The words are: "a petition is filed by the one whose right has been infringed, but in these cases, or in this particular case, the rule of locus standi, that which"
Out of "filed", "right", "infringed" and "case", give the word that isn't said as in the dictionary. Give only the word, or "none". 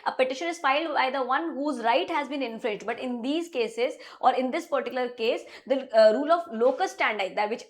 infringed